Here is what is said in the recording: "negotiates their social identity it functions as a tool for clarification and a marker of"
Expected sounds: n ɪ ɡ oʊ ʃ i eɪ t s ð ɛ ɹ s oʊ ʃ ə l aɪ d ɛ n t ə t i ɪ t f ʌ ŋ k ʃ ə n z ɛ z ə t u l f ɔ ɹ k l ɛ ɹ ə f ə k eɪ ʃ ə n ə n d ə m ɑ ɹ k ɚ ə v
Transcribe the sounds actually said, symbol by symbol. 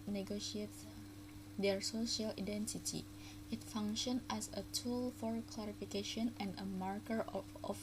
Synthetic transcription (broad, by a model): n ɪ ɡ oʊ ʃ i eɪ t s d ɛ ɹ s oʊ ʃ ə l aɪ d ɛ n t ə t i ɪ t f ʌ ŋ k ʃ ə n ɛ s ə t u l f ɔ ɹ k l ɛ ɹ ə f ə k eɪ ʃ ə n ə n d ə m ɑ ɹ k ɚ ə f